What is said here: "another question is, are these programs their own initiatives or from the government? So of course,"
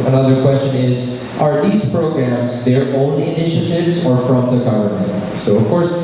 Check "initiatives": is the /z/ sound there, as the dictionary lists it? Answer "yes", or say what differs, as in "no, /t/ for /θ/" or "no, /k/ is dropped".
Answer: yes